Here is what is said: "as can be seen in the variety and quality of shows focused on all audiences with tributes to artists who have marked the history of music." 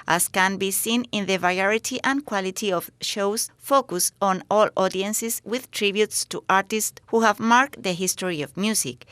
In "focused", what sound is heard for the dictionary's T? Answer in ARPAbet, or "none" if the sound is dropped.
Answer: none